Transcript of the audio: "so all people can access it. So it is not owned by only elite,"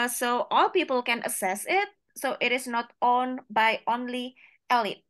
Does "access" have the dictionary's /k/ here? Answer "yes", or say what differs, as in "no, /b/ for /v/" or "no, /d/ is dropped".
no, /k/ is dropped